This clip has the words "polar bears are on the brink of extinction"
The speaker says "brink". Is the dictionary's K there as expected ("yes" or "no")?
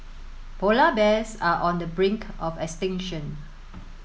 yes